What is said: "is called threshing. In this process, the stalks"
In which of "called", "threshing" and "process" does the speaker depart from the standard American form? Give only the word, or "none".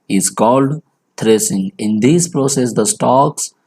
threshing